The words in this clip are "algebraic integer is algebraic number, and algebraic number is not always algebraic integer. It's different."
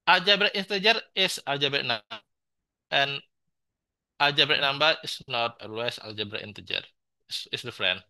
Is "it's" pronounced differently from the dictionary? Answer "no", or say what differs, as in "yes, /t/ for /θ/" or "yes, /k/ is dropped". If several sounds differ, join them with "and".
yes, /s/ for /t/